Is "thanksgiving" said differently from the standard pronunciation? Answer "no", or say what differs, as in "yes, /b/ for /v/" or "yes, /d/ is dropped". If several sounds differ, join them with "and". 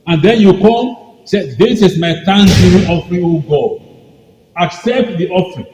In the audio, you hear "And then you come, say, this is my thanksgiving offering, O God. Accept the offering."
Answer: yes, /t/ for /θ/ and /v/ is dropped